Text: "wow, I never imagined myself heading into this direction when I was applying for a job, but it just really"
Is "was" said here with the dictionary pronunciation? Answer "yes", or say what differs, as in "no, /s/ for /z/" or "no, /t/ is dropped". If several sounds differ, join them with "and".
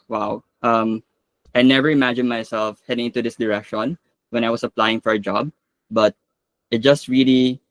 no, /s/ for /z/